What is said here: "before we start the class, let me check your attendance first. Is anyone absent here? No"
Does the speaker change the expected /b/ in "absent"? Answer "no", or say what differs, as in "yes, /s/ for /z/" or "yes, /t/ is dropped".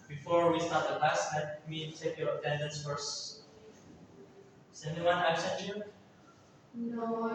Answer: yes, /b/ is dropped